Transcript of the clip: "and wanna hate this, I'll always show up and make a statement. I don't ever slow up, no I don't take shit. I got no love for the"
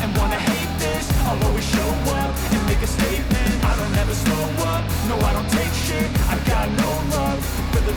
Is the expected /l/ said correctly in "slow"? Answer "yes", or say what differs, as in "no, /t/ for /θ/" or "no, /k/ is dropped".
no, /l/ is dropped